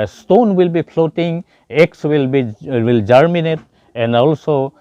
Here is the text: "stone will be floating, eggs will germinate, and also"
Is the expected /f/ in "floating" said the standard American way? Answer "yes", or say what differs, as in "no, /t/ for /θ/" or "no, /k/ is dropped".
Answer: no, /p/ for /f/